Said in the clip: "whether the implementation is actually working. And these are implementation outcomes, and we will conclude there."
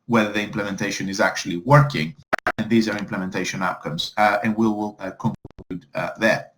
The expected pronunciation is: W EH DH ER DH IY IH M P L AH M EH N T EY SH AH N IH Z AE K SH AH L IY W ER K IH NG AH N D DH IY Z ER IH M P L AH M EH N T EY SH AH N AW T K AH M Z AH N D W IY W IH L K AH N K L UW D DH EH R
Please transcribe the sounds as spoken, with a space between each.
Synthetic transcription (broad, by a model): W EH DH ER DH IY IH M P L AH M EH N T EY SH AH N IH Z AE K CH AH L IY W ER K IH NG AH N DH IY Z ER IH M P L AH M EH N T EY SH AH N AW T K AH M Z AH N W IY W IH L K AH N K UW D DH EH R